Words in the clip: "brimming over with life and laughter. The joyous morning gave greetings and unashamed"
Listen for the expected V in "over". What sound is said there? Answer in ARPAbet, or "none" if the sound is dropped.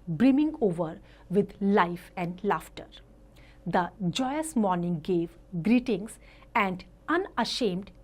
V